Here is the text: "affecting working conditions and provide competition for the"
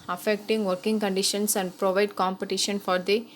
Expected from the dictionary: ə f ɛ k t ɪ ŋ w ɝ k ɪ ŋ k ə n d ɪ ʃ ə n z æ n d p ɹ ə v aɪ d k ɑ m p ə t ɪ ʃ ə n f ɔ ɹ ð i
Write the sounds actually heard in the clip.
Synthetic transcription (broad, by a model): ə f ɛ k t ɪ ŋ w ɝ k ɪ ŋ k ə n d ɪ ʃ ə n s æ n d p ɹ ə v aɪ d k ɑ m p ə t ɪ ʃ ə n f ɔ ɹ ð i